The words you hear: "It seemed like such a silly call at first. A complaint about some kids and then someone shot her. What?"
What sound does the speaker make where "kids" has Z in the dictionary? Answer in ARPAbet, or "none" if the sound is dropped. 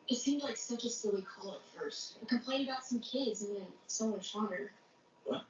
Z